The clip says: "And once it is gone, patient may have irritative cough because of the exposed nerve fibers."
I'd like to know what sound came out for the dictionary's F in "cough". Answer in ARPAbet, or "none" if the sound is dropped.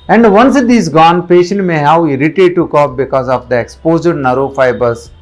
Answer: P